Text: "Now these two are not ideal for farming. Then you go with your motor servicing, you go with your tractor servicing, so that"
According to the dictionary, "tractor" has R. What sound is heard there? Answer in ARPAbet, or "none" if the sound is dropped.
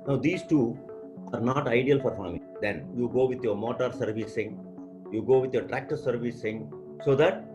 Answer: R